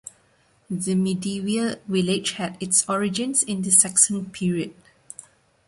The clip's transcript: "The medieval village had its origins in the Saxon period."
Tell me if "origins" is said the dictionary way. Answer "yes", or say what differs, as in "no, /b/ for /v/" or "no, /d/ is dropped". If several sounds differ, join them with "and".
no, /s/ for /z/